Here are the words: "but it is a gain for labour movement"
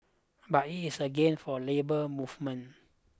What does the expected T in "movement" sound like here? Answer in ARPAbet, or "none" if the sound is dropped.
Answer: none